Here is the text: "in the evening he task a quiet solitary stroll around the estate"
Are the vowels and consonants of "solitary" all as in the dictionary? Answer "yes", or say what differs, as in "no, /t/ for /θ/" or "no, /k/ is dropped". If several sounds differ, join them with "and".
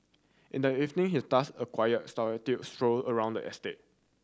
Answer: no, /l/ is dropped